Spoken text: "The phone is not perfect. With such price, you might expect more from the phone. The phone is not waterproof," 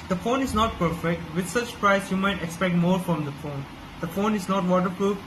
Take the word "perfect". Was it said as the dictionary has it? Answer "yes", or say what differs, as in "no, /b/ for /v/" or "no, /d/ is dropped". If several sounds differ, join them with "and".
yes